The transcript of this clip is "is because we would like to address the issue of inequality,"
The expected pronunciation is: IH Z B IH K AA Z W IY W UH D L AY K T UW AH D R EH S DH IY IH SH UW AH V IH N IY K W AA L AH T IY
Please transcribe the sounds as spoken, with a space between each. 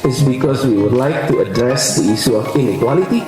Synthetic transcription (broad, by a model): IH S B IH K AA S W IY W UH D L AY K T UW AH D R EH S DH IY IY S UW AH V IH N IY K W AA L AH T IY